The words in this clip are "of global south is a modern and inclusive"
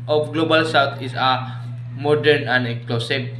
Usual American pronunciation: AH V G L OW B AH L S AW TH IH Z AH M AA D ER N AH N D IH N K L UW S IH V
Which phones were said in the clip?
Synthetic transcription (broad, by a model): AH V G L OW B AH L S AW T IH S AH M AA D ER N AH N D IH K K L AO S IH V